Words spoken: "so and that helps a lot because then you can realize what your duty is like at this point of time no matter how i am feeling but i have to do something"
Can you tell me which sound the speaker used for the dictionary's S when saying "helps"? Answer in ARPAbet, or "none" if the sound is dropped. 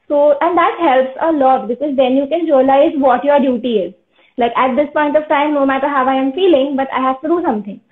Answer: S